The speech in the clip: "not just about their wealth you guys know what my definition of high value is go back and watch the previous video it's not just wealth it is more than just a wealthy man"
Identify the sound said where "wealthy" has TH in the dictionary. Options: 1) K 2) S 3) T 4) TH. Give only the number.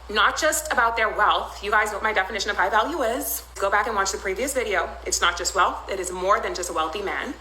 4